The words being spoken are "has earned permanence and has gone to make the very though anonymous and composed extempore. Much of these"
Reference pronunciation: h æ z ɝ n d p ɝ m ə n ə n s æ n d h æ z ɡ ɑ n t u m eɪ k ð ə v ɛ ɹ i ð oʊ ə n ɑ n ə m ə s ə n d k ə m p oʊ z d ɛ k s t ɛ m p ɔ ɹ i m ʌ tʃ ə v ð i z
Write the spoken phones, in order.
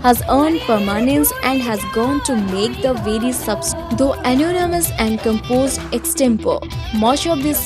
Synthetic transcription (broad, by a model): h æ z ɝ n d p ɝ m ə n ə n s æ n d h æ z ɡ ɑ n t u m eɪ k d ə v ɛ ɹ i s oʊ ə n ɑ n ə m ə s ə n d k ə m p oʊ z d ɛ k s t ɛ m p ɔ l m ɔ ʃ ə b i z